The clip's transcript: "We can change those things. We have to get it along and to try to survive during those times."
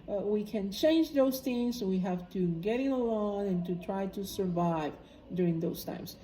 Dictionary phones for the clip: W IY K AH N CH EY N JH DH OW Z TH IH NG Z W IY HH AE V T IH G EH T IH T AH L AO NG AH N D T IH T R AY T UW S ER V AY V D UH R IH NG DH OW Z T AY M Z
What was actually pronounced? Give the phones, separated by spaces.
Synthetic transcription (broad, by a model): W IY K AH N CH EY N JH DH OW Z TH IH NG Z W IY HH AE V T IH G EH T IH T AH L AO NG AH N T IH T R AY T UW S ER V AY V D UH R IH NG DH OW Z T AY M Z